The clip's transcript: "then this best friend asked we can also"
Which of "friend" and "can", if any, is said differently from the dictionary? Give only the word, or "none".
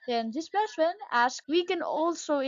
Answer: friend